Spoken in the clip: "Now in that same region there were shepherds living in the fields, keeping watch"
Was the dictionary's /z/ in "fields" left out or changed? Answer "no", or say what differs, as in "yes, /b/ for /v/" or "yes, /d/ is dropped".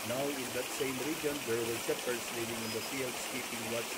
yes, /s/ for /z/